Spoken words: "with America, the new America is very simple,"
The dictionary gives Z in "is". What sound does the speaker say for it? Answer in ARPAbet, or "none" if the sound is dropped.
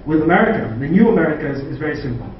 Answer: Z